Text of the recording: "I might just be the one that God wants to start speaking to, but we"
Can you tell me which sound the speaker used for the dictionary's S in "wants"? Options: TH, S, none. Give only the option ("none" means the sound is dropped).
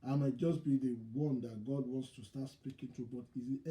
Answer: S